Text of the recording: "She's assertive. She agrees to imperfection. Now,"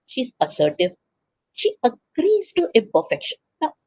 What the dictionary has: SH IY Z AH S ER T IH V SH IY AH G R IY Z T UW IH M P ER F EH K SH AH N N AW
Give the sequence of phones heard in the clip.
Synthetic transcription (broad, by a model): SH IY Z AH S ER T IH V SH IY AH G R IY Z T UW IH P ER F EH K SH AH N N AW